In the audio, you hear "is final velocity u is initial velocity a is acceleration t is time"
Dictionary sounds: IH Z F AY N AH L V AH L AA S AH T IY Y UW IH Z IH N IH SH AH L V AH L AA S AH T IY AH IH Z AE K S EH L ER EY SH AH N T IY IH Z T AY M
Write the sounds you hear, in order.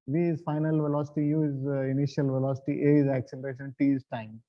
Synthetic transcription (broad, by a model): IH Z F AY N AH L V AH L AA S AH T IY Y UW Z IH N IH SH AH L V AH L AA S AH T IY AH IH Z AE K S EH L ER EY SH AH N T IY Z T AY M